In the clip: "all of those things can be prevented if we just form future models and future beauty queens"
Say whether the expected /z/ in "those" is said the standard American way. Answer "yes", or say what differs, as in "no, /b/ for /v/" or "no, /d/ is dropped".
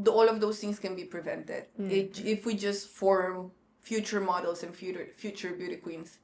no, /s/ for /z/